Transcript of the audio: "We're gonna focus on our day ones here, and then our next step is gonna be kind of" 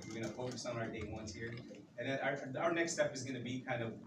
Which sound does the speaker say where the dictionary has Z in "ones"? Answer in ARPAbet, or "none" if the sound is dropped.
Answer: S